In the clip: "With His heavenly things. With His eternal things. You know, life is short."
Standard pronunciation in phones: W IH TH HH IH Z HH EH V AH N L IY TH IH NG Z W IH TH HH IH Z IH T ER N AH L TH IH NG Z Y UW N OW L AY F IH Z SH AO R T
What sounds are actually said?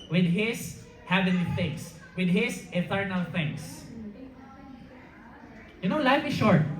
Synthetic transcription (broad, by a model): W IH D HH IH S HH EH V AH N IY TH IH NG S W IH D HH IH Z IH T ER N AH L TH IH NG S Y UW N OW L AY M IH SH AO R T